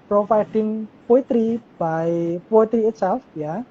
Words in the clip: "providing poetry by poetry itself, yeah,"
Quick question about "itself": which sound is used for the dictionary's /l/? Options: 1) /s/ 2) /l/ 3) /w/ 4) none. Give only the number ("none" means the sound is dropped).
4